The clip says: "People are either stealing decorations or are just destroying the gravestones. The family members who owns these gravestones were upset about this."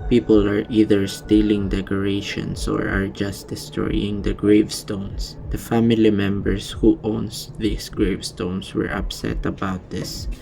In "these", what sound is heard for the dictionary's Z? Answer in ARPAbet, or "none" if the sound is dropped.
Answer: S